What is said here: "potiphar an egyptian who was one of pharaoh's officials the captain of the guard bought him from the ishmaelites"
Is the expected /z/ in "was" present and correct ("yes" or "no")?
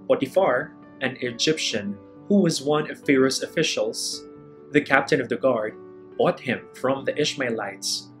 yes